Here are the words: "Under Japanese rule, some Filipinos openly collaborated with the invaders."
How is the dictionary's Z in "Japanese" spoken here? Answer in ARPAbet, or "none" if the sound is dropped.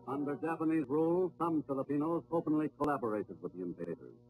Z